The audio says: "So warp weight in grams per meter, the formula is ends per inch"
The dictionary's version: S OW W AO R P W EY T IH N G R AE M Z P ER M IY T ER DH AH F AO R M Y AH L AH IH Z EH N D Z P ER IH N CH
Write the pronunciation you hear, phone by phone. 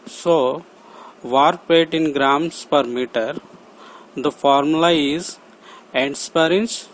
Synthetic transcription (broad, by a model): S OW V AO R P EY T IH N G R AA M S P ER M IY T ER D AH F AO R M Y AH L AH IH Z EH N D S P ER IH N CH